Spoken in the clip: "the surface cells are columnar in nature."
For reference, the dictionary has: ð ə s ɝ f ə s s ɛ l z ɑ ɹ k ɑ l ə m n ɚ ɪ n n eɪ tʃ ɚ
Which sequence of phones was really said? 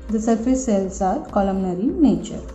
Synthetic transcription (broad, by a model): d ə s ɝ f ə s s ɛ l s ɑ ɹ k ɑ l ə m n ɚ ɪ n n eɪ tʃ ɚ